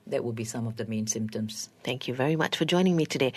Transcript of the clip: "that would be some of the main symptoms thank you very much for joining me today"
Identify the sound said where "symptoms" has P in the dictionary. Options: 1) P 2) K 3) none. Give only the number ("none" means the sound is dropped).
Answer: 1